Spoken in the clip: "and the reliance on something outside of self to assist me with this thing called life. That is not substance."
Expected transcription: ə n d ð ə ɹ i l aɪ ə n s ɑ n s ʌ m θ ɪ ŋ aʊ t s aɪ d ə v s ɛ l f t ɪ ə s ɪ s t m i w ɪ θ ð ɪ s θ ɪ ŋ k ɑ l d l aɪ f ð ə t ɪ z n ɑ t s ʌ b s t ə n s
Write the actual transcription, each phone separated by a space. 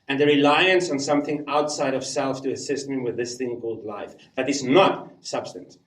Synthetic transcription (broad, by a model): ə n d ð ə ɹ i l aɪ ə n s n s ʌ m θ ɪ ŋ aʊ t s aɪ d ə v s ɛ l f t ɪ ə s ɪ s t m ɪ w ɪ ð ɪ s θ ɪ ŋ k ɑ l d l aɪ f ð ə t ɪ z n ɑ t s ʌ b s t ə n s